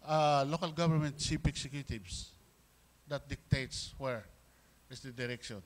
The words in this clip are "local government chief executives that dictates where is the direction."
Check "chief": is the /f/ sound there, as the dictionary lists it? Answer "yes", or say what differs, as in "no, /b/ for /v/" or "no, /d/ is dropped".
no, /p/ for /f/